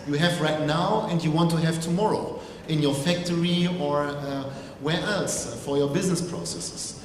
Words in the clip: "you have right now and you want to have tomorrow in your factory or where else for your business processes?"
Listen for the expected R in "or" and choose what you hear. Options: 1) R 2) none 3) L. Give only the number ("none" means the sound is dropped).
1